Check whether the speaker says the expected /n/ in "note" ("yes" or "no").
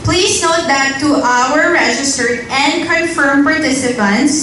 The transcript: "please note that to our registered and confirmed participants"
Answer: yes